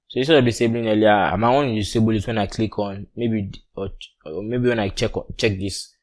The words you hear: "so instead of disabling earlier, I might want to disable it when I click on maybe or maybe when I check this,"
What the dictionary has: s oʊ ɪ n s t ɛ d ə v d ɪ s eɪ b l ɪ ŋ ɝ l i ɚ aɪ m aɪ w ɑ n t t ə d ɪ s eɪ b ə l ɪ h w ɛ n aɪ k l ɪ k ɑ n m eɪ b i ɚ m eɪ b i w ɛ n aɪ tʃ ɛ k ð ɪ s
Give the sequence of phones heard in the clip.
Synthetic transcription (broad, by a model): s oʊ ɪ s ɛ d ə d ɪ s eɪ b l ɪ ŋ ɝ l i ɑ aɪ m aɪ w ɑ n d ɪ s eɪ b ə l ɪ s w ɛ n aɪ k l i k ɑ n m eɪ b i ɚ m eɪ b i w ɛ n aɪ tʃ ɛ k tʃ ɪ s